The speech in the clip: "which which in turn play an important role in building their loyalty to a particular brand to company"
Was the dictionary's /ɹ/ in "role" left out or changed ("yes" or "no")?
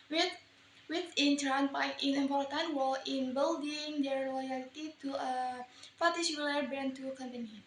yes